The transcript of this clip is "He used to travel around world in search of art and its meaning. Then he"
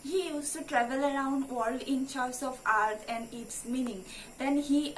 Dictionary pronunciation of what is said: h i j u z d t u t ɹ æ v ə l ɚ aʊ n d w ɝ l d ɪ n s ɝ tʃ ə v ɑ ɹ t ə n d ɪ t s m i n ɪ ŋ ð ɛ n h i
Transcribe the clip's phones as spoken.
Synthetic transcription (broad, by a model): h i j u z t u t ɹ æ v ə l ɚ aʊ n d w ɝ l d ɪ n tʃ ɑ s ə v ɑ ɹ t ə n d ɪ t s m i n ɪ ŋ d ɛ n h i